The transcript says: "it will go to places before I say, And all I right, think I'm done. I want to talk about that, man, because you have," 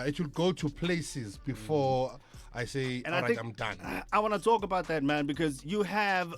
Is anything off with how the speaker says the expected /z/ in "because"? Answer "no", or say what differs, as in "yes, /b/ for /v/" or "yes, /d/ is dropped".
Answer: no